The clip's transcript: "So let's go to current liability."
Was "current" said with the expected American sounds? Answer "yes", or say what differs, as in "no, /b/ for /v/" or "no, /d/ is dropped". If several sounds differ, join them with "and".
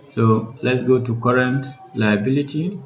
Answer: yes